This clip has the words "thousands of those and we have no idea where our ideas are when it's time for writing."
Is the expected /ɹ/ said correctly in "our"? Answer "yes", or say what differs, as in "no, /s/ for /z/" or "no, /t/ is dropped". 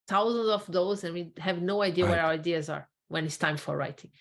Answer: no, /w/ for /ɹ/